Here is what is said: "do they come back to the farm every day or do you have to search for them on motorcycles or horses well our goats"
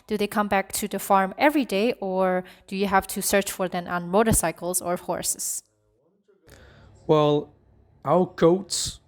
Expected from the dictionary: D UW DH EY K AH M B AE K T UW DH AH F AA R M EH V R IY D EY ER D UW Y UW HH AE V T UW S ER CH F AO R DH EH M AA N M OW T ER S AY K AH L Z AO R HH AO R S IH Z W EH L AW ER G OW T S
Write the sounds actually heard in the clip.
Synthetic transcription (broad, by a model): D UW DH EY K AH M B AE K T UW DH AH F AA R M EH V R IY D EY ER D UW Y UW HH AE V T UW S ER CH F AO R DH EH M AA N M OW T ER S AY K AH L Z AO R HH AO R S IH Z W EH L AW ER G OW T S